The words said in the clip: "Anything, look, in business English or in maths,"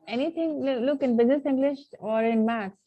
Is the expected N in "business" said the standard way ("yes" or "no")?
yes